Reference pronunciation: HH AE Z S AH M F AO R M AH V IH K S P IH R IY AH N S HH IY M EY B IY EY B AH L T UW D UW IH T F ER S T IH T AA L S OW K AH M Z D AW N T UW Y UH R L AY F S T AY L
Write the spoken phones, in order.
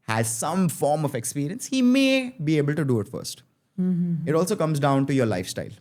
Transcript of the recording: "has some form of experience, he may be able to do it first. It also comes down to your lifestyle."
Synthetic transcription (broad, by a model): HH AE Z S AH M F AO R M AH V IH K S P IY R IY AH N S HH IY M EY B IY EY B AH L T UW D UW IH T F ER S T IH T AA L S OW K AH M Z D AW N T UW Y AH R L AY F S T AY L